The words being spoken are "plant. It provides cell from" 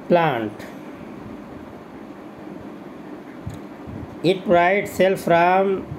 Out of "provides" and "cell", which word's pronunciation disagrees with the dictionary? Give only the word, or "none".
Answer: provides